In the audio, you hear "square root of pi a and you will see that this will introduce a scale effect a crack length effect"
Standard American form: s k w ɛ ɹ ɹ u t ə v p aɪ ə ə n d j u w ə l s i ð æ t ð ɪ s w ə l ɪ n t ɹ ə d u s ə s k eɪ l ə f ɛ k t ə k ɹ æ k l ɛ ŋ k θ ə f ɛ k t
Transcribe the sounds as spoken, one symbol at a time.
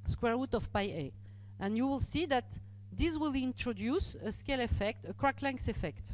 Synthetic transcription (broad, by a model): s k w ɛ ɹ ɹ u t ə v p aɪ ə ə n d j u w ə l s i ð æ t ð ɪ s w ə l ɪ n t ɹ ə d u s ə s k eɪ l ə f ɛ k t ə k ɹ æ k l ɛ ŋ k s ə f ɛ k t